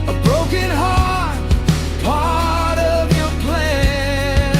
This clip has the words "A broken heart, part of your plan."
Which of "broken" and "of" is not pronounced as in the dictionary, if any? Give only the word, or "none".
none